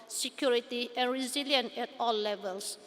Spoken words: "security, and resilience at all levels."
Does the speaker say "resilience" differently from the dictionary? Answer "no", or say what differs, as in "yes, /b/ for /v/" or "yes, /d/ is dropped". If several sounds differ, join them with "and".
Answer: yes, /s/ is dropped